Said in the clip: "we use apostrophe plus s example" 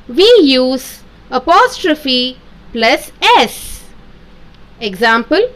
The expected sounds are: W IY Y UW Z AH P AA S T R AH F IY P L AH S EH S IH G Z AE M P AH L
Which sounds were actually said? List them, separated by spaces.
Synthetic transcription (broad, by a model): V IY Y UW Z AH P AA S T R AH F IY P L AH S EH S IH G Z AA M P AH L